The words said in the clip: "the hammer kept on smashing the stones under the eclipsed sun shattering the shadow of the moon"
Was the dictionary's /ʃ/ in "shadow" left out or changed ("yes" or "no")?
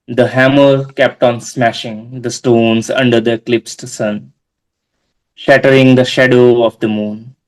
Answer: no